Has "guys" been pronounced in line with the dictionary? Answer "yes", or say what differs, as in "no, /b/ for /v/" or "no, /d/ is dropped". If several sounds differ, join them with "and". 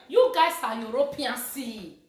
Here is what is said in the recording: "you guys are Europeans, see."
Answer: no, /s/ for /z/